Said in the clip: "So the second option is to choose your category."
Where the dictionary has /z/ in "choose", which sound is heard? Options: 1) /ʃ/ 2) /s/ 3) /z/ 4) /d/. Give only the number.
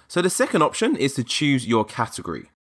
3